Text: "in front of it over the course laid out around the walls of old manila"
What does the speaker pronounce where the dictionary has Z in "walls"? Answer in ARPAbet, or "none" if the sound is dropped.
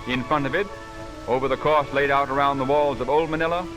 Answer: Z